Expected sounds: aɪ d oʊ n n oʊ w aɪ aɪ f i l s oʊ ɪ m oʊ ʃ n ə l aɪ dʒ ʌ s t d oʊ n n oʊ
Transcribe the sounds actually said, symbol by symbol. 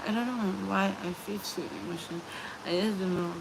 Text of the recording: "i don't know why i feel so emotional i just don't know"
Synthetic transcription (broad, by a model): aɪ d oʊ n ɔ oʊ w aɪ aɪ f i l s oʊ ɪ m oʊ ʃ ə n aɪ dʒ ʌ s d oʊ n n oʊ